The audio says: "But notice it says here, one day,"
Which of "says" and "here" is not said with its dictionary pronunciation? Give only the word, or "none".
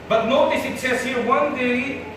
says